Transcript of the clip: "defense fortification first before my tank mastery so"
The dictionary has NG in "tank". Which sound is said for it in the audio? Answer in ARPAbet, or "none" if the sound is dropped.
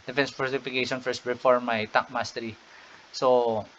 none